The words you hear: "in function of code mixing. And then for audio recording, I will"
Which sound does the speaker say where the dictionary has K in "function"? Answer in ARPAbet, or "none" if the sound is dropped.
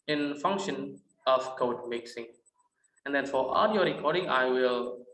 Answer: K